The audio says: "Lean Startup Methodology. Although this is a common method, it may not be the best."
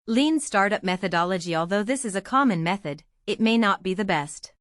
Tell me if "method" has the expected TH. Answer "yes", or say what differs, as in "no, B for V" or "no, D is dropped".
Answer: yes